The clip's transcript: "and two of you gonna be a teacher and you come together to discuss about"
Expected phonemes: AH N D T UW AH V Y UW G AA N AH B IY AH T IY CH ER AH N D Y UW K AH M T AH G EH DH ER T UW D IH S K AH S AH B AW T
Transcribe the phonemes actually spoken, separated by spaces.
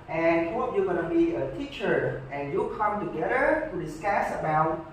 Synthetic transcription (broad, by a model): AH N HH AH P Y UW G AA N AH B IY AH T IY CH ER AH N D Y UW K AH M T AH G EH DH ER T UW D IH S K AH S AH B AW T